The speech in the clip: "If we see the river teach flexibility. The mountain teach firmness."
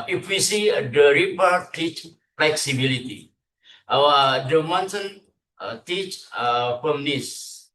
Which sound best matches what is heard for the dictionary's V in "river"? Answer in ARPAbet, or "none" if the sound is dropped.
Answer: P